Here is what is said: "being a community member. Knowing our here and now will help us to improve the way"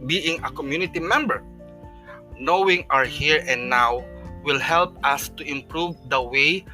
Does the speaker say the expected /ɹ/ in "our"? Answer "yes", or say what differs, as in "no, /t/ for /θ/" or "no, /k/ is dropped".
yes